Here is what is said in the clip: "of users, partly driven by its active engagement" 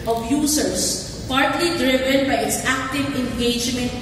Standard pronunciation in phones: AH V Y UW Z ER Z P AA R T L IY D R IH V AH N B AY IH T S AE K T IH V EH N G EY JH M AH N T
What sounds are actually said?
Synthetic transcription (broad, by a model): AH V Y UW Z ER S P AA R T L IY D R IH V AH N B AY IH T S AE K T IH V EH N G EY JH M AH N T